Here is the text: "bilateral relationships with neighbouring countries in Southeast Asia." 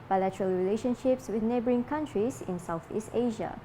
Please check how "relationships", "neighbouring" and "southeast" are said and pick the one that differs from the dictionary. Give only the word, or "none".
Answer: none